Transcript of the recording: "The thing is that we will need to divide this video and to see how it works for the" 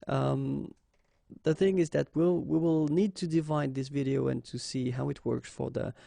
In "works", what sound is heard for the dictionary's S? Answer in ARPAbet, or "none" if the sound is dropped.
S